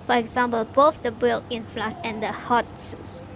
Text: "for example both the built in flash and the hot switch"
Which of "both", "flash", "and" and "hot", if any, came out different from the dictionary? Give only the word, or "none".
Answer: flash